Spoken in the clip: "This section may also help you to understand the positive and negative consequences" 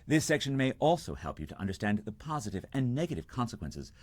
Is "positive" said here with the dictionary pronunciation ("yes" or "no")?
yes